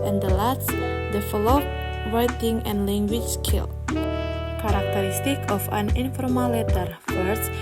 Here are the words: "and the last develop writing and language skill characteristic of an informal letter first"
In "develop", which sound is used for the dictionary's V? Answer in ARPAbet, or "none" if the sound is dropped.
F